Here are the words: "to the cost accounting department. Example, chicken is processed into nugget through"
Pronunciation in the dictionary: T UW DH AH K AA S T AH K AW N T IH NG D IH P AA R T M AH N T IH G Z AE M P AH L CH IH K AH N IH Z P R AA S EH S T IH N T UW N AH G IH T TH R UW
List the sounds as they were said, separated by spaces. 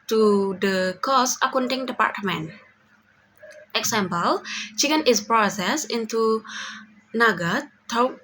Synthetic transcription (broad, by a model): T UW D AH K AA S AH K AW N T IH NG D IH P AA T M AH N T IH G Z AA M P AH L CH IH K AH N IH S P R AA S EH S IH N T UW N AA G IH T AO